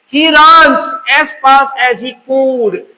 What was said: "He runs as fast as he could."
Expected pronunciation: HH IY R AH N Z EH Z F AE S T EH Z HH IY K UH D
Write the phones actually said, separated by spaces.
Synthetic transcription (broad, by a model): HH IY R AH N S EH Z P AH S EH Z HH IY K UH D